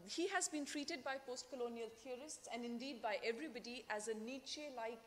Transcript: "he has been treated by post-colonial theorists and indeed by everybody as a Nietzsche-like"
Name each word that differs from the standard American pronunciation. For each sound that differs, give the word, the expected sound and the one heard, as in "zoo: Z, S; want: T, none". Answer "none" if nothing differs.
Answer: theorists: TH, T